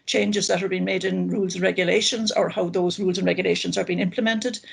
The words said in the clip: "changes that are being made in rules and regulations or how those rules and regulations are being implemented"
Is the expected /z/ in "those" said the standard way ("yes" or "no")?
yes